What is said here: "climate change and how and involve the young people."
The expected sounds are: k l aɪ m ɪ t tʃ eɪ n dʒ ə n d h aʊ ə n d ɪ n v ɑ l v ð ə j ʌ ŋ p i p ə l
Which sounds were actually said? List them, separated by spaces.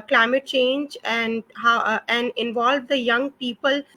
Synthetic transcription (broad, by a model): k l aɪ m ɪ t tʃ eɪ n dʒ ə n d h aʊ ə n d ɪ n v ɑ l v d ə j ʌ ŋ p i p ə l